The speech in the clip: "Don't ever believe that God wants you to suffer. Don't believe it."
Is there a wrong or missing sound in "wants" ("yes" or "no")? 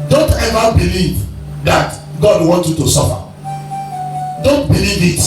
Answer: yes